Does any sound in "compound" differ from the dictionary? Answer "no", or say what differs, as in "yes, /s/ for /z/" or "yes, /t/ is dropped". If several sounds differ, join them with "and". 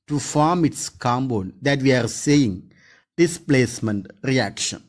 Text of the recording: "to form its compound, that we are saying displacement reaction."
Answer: yes, /b/ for /p/